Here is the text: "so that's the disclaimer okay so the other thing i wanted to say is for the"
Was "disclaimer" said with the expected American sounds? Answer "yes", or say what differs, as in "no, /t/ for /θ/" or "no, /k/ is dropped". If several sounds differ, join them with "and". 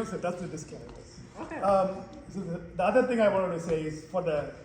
no, /l/ is dropped